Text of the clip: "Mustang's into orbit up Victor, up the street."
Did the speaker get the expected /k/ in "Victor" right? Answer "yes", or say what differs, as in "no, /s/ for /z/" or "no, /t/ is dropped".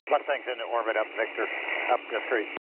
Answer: yes